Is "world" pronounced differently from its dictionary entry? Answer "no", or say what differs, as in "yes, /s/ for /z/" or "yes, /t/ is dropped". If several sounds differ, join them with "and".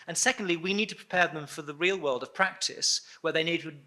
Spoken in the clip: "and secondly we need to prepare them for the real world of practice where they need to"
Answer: no